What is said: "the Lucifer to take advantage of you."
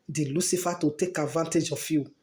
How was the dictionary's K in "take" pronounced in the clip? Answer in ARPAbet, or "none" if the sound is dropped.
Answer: K